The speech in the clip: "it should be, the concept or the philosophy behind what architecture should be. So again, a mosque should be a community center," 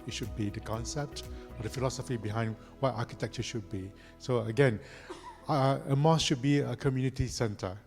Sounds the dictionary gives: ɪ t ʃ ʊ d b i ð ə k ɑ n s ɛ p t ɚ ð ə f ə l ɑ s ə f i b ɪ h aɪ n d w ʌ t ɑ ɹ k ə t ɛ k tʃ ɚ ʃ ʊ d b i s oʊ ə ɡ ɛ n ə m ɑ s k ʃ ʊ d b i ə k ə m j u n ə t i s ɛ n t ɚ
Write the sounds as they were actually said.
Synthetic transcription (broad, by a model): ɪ t ʃ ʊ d b i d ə k ɑ n s ɛ p t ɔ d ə f ə l ɑ s ə f i b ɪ h aɪ n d w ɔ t ɑ k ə t ɛ k tʃ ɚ ʃ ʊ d b i s oʊ ə ɡ ɛ n ə m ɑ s ʃ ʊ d b i ə k ə m j u n ə t i s ɛ n t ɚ